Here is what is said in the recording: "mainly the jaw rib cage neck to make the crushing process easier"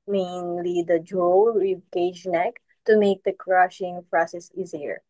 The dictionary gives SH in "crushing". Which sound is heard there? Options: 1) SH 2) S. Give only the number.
1